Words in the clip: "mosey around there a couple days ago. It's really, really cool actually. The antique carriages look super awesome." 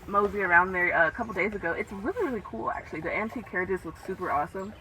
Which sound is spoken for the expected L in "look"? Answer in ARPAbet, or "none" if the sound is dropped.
W